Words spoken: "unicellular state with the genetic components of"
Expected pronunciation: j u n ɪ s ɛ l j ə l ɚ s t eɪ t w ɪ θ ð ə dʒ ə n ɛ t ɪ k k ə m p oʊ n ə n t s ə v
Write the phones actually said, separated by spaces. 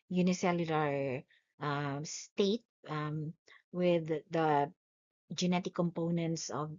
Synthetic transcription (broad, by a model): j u n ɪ s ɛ l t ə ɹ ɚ s t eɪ t w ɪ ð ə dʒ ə n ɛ t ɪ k k ə m p oʊ n ə n t s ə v